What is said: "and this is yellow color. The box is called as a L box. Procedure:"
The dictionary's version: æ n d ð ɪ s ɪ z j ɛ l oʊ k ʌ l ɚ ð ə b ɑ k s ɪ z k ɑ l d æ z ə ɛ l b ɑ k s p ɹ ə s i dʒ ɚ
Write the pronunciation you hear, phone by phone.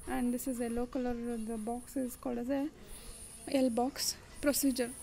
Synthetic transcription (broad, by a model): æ n d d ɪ s ɪ z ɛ l oʊ k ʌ l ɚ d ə b ɑ k s ɪ z k ɑ l d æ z ə ɛ l b ɑ k s p ɹ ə s i dʒ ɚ